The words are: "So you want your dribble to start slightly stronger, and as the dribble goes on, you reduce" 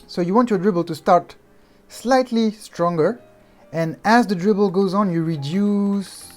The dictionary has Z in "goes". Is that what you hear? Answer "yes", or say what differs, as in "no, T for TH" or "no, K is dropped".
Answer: yes